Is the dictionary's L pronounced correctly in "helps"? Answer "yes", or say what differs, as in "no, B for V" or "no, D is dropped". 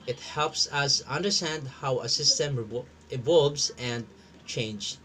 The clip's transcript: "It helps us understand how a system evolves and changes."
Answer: yes